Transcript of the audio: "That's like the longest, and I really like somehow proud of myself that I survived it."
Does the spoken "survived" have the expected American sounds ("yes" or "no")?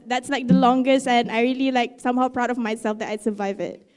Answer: no